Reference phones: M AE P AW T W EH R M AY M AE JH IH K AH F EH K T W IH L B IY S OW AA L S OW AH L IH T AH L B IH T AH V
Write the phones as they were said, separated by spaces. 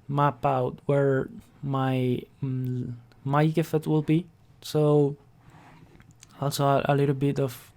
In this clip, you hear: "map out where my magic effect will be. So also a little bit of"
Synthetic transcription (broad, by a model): M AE P AW T W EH R M AY M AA IH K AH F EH T W IH L B IY S OW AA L S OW AH L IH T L B IH T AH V